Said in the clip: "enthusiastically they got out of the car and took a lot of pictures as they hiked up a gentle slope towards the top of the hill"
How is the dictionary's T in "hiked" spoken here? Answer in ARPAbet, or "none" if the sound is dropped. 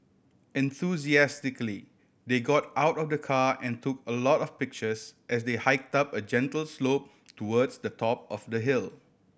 T